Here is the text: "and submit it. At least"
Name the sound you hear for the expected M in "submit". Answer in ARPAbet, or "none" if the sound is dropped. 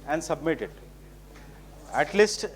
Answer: M